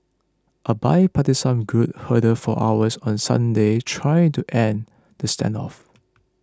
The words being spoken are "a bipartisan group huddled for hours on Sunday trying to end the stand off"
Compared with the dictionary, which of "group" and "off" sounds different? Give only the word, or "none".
group